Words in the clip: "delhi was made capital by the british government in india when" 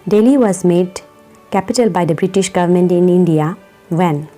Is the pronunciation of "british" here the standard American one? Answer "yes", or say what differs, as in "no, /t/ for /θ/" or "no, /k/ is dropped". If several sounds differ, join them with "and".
yes